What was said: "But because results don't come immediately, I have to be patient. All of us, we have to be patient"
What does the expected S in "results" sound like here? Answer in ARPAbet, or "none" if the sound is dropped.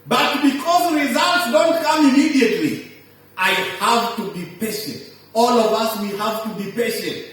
S